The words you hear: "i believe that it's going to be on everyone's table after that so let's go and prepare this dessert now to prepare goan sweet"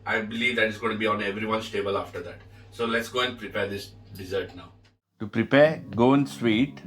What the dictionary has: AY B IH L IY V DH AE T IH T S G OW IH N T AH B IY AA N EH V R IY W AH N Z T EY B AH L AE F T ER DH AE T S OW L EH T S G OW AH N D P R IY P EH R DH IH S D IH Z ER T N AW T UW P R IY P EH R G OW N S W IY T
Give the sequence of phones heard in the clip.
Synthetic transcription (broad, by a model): AY B IH L IY V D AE T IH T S G OW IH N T B IY AA N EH V R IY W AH N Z T EY B AH L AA F T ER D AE T S OW L EH T S G OW AH N D P R IY P EH R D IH S D IH Z ER T N AW T UW P R IY P EH R G OW N S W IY T